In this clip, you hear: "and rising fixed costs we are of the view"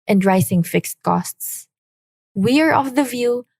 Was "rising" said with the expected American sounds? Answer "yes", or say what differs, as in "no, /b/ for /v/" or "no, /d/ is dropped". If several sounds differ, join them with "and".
no, /s/ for /z/